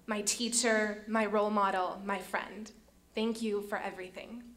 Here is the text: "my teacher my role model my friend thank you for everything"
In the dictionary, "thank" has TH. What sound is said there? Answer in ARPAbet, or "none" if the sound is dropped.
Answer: TH